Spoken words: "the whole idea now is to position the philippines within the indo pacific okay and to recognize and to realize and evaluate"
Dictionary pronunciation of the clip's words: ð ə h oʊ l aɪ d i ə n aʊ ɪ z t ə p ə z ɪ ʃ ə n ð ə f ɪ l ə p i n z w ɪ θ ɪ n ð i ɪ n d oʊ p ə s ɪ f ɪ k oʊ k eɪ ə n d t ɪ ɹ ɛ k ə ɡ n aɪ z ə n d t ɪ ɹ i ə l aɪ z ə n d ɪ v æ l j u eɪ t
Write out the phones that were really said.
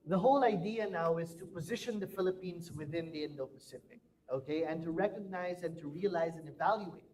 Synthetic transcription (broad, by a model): ð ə h oʊ l aɪ d i ə n aʊ ɪ z t ə p ə z ɪ ʃ ə n ð ə f ɪ l ə p i n z w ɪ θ ɪ n ð i ɪ n d oʊ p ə s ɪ p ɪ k oʊ k eɪ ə n t ɪ ɹ ɛ k ə ɡ n aɪ z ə n t ɪ ɹ i ə l aɪ z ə n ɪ v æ l j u eɪ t